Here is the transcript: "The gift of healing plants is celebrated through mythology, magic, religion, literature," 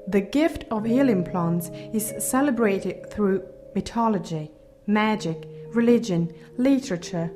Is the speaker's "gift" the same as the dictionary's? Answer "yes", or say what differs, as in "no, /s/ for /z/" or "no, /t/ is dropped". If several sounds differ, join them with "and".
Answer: yes